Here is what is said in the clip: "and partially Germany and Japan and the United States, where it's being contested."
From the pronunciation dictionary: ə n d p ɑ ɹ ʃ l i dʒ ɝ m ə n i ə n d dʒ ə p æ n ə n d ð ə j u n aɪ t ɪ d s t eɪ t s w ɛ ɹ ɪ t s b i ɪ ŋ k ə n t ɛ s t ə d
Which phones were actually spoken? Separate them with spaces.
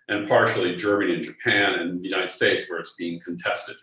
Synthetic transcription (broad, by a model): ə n p ɑ ɹ ʃ l i dʒ ɝ m ə n i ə n dʒ ə p æ n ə n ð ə j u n aɪ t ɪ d s t eɪ t s w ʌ ɹ ɪ t s b i ɪ ŋ k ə n t ɛ s t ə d